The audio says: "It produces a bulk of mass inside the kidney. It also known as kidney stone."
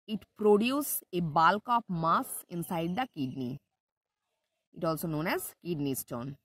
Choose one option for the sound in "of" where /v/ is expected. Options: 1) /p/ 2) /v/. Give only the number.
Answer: 1